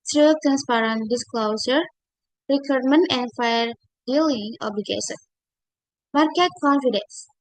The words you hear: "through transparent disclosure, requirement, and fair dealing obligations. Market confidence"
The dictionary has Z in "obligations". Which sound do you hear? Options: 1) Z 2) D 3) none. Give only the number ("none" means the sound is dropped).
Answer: 3